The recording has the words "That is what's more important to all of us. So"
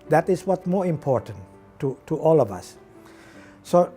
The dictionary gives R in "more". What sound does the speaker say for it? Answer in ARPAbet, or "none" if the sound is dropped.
R